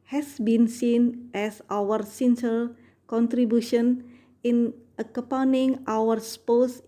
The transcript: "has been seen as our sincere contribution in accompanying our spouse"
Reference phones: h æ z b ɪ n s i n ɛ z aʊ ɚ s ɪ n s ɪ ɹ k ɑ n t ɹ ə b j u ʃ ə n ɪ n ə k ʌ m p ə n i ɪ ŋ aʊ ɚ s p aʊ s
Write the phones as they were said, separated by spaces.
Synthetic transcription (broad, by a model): h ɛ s b ɪ n s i n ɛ s aʊ ɚ s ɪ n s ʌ l k ɑ n t ɹ ə b j u ʃ ə n ɪ n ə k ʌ p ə n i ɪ ŋ aʊ ɚ s p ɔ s